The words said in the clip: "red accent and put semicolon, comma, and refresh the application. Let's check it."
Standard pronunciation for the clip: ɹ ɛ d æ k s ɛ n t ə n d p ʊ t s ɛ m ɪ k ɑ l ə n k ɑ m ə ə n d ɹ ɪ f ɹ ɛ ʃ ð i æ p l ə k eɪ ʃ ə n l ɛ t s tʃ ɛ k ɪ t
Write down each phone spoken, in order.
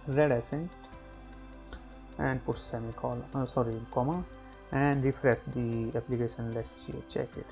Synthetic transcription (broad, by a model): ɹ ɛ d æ s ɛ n t ə n d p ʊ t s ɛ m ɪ k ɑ l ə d k ɑ m ə ə n d ɹ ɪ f ɹ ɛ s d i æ p l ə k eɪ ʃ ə n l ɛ s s tʃ ɛ k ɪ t